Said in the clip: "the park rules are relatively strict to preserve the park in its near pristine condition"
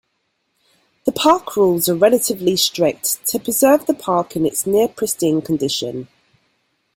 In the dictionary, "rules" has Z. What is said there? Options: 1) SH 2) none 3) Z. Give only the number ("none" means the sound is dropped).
3